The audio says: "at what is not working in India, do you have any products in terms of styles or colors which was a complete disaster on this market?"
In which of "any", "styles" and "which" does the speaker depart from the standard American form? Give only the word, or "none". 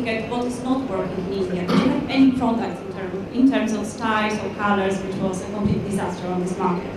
styles